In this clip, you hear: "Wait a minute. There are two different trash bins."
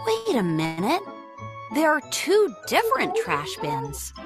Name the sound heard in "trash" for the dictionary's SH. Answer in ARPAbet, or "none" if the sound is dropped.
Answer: SH